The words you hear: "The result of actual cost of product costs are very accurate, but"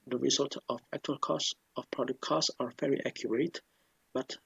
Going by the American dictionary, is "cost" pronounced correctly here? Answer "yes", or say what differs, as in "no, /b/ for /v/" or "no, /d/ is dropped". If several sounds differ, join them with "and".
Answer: no, /t/ is dropped